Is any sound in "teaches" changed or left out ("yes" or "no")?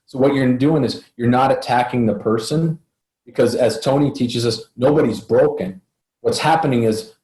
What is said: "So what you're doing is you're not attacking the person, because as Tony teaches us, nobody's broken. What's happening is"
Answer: no